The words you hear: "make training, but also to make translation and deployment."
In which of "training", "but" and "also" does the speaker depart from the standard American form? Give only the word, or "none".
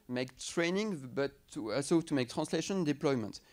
also